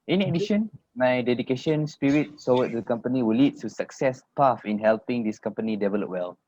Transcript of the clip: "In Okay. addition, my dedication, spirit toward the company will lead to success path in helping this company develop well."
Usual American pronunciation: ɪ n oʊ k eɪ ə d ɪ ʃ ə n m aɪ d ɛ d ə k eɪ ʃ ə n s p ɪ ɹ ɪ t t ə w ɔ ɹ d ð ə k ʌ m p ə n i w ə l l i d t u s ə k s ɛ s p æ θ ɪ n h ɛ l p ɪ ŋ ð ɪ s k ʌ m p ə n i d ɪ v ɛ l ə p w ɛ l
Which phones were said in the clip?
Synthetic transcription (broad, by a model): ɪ n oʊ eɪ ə d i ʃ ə n m aɪ d ɛ d ə k eɪ ʃ ə n s p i ɹ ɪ t s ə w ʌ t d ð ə k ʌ m p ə n i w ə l l i d t u s ə k s ɛ s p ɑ f ɪ n h ɛ l p ɪ ŋ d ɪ s k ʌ m p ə n i d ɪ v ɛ l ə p w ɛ l